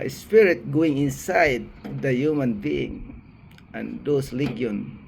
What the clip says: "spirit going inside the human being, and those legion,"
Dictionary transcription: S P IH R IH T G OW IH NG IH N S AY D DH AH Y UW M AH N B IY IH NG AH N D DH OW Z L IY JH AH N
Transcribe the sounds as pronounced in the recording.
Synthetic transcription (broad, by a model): S P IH R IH T G OW IH NG IH N S AY D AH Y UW M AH N B IY IH NG AH N D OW S L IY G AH N